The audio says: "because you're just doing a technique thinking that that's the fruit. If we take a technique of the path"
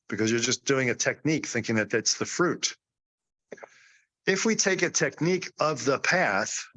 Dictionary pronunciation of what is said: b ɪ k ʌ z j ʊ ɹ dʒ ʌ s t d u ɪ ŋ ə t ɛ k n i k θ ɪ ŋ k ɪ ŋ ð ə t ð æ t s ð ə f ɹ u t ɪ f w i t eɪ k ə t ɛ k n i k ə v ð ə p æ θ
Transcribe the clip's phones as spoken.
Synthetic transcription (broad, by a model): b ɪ k ʌ z j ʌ ɹ dʒ ʌ s d u ɪ ŋ ə t ɛ k n i k θ ɪ ŋ k ɪ ŋ ð ə t ð æ t s ð ə f ɹ u t ɪ f w i t eɪ k ə t ɛ k n i k ə v ð ə p æ θ